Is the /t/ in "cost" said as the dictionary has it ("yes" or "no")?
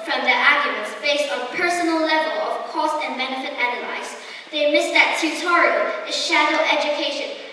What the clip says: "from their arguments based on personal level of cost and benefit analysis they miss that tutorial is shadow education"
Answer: yes